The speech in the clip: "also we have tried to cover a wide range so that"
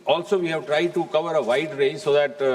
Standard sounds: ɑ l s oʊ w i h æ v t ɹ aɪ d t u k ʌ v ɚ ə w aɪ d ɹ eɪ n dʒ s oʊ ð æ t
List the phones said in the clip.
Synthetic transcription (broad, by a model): ɑ l s oʊ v i h æ v t ɹ aɪ d t u k ʌ v ɚ ə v aɪ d ɹ eɪ dʒ s oʊ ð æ t